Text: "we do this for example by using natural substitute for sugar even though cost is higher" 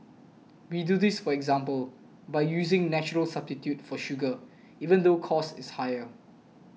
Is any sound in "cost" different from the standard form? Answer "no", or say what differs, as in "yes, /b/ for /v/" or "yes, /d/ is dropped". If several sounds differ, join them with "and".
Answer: yes, /t/ is dropped